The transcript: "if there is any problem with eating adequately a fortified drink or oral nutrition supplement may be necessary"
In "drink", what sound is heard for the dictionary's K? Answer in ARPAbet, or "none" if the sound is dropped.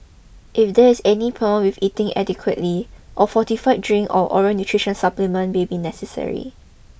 none